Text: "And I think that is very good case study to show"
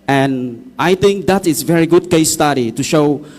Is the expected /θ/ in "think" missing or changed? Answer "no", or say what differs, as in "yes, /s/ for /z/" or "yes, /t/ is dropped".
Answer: yes, /t/ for /θ/